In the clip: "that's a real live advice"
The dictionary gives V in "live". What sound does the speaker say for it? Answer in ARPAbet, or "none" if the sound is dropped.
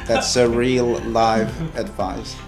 V